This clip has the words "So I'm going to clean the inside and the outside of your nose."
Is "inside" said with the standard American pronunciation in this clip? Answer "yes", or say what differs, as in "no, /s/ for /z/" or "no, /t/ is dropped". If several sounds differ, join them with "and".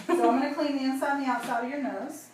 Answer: no, /d/ is dropped